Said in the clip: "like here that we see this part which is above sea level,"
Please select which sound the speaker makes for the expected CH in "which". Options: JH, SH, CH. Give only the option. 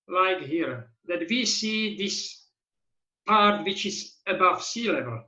CH